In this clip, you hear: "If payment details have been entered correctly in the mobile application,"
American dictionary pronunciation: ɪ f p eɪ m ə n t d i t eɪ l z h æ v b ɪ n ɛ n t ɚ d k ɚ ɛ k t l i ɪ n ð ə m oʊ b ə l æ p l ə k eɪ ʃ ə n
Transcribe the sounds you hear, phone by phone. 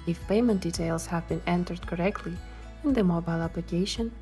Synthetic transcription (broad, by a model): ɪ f p eɪ m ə n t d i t eɪ l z h æ v b ɪ n ɛ n t ɚ d k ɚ ɛ k t l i ɪ n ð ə m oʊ b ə l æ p l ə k eɪ ʃ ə n